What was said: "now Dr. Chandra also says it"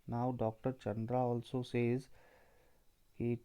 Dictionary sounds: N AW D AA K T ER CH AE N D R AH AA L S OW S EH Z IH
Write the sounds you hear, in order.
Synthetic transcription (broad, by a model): N AW D AA K T ER CH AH N D R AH AA L S OW S EH Z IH